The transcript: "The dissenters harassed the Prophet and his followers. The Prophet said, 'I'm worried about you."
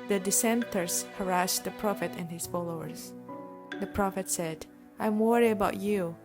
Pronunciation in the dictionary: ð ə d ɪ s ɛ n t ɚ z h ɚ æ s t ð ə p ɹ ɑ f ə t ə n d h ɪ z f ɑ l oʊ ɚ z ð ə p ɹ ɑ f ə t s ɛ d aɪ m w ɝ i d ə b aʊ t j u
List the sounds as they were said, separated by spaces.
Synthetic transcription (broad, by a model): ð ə d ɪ s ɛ n t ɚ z h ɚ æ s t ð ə p ɹ ɑ f ə t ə n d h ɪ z f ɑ l oʊ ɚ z ð ə p ɹ ɑ f ə t s ɛ d aɪ m w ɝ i ə b aʊ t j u